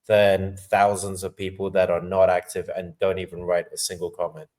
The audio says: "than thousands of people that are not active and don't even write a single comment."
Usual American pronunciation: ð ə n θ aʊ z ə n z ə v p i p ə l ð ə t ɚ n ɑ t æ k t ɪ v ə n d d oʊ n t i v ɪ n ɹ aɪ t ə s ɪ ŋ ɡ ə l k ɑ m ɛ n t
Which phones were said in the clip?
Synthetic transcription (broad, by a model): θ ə n θ aʊ z ə n z ə v p i p ə l ð ə t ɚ n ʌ t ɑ k t ɪ v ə n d d oʊ n t i v ɪ n ɹ aɪ t ə s ɪ ŋ ɡ ə l k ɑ m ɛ n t